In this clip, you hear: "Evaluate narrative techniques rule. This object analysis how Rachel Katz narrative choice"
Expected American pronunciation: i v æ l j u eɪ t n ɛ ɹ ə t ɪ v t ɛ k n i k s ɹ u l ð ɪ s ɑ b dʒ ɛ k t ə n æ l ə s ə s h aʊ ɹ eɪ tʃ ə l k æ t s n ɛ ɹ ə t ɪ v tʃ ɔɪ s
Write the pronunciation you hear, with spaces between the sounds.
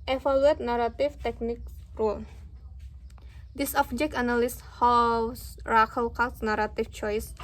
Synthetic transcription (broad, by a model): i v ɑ l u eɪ t n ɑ ɹ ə t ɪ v t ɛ k n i k ɹ u l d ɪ s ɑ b dʒ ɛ k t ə n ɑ l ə s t h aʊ ɹ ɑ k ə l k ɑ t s n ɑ ɹ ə t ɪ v tʃ ɔɪ s